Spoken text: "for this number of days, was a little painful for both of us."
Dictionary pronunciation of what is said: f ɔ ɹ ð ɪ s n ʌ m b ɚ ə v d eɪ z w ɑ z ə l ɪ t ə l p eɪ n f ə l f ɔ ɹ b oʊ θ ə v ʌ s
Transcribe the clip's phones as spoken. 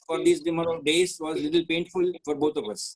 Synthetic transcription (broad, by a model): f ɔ ɹ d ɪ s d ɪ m ɚ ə d eɪ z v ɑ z l ɪ t ə l p eɪ n f ə l f ɔ ɹ b oʊ t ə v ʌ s